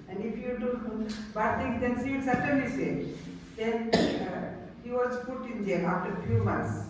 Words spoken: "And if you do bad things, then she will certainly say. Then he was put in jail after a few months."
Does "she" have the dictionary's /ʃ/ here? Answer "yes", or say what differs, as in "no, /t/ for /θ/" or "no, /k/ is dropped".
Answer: no, /s/ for /ʃ/